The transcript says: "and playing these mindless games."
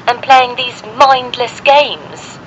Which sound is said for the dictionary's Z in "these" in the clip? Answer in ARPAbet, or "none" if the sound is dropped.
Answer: Z